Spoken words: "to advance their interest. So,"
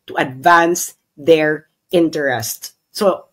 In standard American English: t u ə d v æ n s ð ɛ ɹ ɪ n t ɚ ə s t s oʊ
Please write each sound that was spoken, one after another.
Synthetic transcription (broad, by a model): t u ə d v æ n s ð ɛ ɹ ɪ n t ɚ ə s t s oʊ